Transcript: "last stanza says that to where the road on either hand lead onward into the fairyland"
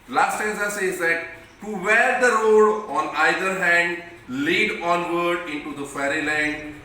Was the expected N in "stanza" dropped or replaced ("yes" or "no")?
yes